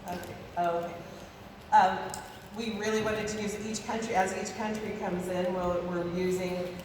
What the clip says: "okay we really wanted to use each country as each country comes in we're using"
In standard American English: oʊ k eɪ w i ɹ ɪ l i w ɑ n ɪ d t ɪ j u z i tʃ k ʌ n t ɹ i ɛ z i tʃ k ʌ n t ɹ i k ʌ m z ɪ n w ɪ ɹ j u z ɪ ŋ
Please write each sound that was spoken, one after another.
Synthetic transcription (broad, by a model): oʊ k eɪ w i ɹ ɪ l i w ɑ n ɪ d t ɪ j u z i tʃ k ʌ n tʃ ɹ i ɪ z i tʃ k ʌ n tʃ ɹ i k ʌ m z ɪ n w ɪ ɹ j u z ɪ ŋ